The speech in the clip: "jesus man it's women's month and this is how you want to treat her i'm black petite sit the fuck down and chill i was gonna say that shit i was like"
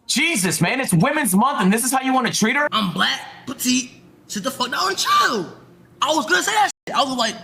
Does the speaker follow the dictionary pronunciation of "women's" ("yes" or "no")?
yes